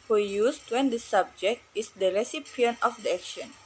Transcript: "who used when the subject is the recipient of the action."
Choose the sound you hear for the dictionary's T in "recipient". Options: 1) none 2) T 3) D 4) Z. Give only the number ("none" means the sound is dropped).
1